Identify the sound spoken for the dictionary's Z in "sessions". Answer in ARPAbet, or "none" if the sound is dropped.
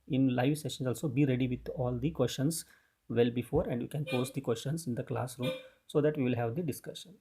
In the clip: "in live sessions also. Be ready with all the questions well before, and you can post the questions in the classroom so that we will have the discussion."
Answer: none